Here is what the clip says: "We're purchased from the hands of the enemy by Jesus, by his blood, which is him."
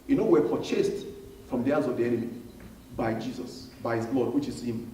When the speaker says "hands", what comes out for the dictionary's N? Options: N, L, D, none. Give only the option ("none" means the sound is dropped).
none